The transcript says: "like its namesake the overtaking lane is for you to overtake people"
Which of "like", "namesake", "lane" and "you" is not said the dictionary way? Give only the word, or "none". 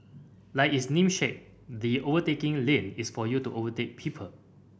namesake